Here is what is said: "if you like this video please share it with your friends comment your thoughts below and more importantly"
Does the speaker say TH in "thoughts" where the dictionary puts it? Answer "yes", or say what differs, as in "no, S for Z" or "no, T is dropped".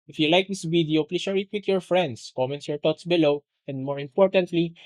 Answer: no, T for TH